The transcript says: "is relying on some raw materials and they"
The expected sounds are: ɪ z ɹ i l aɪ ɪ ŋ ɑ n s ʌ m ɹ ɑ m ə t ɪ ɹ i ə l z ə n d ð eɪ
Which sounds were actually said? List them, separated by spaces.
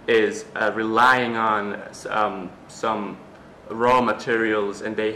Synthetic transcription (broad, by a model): ɪ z ɹ i l aɪ ɪ ŋ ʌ n s ʌ m ɹ ɑ m ə t ɪ ɹ i ə l z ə n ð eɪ